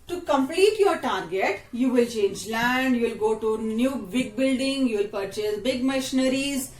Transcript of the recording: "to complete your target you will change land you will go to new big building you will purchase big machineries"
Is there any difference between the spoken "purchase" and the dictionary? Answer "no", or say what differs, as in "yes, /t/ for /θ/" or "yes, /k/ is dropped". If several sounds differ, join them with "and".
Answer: no